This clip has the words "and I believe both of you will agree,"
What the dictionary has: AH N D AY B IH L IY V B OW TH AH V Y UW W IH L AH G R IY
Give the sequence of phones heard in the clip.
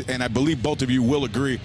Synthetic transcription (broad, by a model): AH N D AY B IH L IY V B OW TH AH V Y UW W IH L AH G R IY